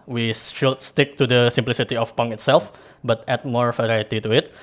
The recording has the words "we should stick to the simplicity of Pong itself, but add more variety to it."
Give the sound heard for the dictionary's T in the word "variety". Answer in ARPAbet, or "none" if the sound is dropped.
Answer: T